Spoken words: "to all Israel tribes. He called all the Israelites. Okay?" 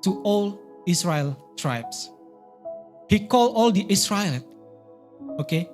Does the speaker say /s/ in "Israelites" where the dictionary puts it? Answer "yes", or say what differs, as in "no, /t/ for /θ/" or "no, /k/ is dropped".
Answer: no, /s/ is dropped